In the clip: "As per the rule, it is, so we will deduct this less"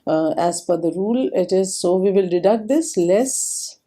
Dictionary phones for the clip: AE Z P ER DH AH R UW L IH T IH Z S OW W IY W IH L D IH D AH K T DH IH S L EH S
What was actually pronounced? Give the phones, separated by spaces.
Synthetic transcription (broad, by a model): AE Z F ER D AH R UW L IH T IH Z S OW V IY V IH L D IH D AH K T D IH S L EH S